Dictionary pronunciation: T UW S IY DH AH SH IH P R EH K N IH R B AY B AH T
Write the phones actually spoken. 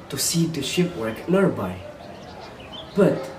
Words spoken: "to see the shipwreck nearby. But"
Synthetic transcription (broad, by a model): T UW S IY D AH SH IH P W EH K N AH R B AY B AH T